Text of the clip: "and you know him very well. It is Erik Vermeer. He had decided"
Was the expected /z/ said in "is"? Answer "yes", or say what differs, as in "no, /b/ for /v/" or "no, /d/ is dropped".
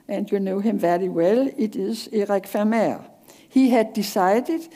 no, /s/ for /z/